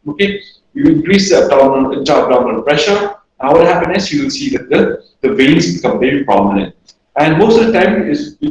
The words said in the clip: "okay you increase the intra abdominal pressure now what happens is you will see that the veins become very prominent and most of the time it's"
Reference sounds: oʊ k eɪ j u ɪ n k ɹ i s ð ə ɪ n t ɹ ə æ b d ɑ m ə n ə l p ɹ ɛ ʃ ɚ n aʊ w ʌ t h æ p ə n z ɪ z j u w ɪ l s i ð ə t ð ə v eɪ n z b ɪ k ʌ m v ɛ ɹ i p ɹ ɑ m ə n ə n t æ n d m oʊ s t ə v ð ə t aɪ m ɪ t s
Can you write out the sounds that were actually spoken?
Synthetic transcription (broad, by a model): oʊ k eɪ j u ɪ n k ɹ i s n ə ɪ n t ə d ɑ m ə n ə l p ɹ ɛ ʃ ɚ n aʊ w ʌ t h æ p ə n ɪ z j u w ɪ l s i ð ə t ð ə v eɪ n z b ɪ k ʌ m v ɛ ɹ i p ɹ ɑ m ə n ə n t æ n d m oʊ s t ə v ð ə t aɪ m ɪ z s